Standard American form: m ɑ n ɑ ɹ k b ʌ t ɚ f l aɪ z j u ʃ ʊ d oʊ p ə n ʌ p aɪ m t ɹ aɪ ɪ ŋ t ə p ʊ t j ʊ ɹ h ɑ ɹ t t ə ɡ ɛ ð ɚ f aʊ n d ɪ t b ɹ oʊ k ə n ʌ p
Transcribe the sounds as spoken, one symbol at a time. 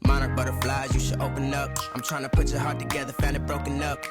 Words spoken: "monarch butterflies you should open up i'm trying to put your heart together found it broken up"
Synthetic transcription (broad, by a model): m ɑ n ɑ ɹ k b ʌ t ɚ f l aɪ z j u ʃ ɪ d oʊ p ə n ʌ p aɪ m t ɹ aɪ ɪ ŋ t ə p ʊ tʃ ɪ h ɑ ɹ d t ə ɡ ɛ ð ɚ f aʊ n ɪ t b ɹ oʊ k ə n ʌ p